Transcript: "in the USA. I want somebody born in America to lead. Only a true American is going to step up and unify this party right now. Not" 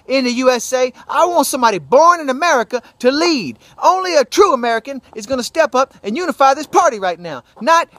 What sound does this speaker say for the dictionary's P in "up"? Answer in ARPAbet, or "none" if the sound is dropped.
P